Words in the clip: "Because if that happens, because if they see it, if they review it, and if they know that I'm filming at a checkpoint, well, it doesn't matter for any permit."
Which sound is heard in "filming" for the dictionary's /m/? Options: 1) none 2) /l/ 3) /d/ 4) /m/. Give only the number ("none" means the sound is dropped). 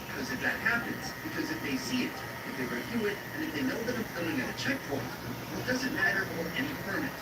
1